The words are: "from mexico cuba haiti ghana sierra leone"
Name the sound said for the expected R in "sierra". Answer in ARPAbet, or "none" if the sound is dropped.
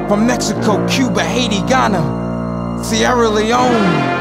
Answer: R